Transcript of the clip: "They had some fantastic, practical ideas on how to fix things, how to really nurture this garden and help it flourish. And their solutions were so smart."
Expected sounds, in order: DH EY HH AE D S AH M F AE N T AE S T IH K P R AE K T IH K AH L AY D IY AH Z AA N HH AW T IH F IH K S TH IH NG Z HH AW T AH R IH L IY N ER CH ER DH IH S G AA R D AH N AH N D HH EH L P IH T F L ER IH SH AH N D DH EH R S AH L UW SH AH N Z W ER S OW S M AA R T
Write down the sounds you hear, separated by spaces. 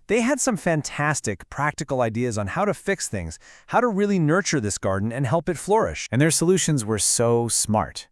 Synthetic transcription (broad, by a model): DH EY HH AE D S AH M F AE N T AE S T IH K P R AE K T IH K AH L AY D IY AH Z N HH AW T IH F IH K S TH IH NG Z HH AW T AH R IH L IY N ER CH ER DH IH S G AA R D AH N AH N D HH EH L P IH T F L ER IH SH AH N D DH EH R S AH L UW SH AH N Z W ER S OW S M AA R T